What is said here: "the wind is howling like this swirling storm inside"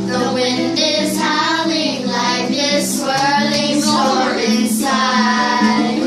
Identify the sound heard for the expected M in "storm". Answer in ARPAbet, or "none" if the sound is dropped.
none